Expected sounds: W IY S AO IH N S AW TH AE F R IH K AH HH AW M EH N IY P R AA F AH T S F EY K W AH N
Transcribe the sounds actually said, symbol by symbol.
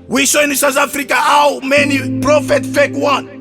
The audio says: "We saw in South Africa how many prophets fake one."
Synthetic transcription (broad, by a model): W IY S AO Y N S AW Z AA F R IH K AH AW M EH N IY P R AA F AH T F EY K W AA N